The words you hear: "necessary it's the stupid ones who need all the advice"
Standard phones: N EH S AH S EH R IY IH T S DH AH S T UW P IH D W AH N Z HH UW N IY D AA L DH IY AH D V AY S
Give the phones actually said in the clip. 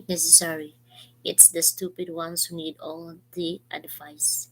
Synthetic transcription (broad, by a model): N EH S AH S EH R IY IH T S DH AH S T UW P IH D W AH N S HH UW N IY D AA L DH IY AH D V AY S